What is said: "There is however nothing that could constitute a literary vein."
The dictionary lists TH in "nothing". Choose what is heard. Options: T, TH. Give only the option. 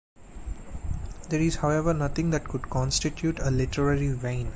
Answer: T